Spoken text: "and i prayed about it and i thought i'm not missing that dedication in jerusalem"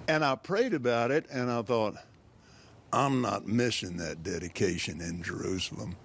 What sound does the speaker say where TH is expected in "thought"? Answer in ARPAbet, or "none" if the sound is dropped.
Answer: TH